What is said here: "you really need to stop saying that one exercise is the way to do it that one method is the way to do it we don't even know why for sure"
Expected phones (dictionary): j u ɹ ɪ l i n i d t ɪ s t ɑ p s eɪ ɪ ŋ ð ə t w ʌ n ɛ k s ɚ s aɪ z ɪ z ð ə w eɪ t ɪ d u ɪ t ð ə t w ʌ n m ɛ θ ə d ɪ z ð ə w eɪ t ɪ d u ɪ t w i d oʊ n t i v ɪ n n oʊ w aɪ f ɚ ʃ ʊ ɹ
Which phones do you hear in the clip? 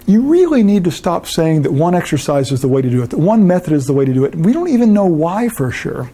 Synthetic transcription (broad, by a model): j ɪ ɹ ɪ l i n i d t ɪ s t ɑ p s eɪ ɪ ŋ ð ə t w ʌ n ɛ k s ɚ s aɪ z ɪ z ð ə w eɪ t ɪ d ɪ ɪ t ð ə t w ʌ n m ɛ θ ə d ɪ z ð ə w eɪ t ɪ d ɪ ɪ t w i d oʊ n t i v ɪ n n oʊ w aɪ f ɚ ʃ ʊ ɹ